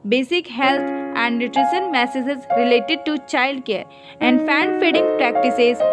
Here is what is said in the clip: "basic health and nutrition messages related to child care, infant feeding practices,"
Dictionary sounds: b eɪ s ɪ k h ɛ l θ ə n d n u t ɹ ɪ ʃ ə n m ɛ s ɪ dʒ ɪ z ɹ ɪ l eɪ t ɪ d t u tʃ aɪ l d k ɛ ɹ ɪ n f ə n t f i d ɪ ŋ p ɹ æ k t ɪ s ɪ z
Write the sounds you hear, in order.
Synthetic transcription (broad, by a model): b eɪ s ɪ k h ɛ l t ə n d n u t ɹ ɪ ʃ ə n m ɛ s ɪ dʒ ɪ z ɹ ɪ l eɪ t ɪ d t u tʃ aɪ l d k ɛ ɹ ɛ n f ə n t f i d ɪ ŋ p ɹ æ k t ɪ s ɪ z